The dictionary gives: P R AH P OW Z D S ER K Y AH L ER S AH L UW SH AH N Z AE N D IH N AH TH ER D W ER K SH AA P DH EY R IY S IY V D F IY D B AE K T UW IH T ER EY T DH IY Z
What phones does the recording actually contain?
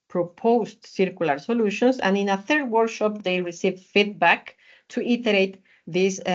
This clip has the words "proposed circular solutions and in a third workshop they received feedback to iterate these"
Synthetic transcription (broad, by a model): P R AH P OW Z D S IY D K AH L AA S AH L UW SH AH N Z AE N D IH N AH TH ER D W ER K SH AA P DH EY R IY S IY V F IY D B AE K T UW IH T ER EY T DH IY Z